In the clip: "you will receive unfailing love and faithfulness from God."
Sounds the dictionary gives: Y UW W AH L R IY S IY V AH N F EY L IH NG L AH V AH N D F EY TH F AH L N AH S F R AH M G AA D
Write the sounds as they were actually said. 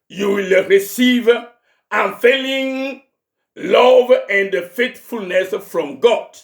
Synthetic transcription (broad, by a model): Y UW W AH L R IY S IY V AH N F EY L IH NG L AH V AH N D F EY T F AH L N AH S F R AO M G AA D